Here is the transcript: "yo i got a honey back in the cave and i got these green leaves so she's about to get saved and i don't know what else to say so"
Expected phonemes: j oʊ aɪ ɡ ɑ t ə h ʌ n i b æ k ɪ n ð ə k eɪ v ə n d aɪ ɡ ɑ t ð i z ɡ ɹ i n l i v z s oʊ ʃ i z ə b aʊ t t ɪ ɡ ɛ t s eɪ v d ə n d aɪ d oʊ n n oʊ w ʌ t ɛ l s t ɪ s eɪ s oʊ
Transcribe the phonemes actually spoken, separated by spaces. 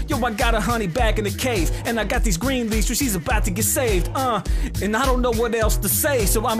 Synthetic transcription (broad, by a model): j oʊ aɪ ɡ ɑ t ə h ʌ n i b æ k ɪ n ð ə k eɪ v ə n aɪ ɡ ɑ t ð i z ɡ ɹ i n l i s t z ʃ i z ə b aʊ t t ɪ ɡ ɛ t s eɪ v d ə n aɪ d oʊ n n oʊ w ʌ t ɛ l s t ɪ s eɪ s oʊ